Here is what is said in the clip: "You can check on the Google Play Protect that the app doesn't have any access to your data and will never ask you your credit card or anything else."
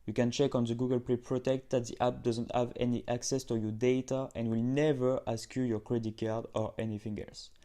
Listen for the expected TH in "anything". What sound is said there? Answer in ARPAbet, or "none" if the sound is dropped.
F